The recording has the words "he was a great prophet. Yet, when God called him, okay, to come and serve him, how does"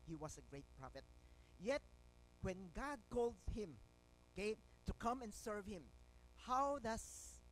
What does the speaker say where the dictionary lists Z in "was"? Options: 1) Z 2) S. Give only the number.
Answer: 2